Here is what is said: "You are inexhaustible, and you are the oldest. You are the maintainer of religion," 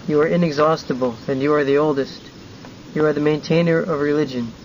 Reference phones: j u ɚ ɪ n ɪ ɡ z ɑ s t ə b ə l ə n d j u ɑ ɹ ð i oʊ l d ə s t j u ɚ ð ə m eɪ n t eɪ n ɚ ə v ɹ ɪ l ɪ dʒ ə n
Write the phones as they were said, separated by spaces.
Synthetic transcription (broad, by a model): j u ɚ ɪ n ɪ ɡ z ɑ s t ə b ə l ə n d j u ɑ ɹ ð i oʊ l d ə s t j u ɚ ð ə m eɪ n t eɪ n ɚ ə v ɹ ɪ l ɪ dʒ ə n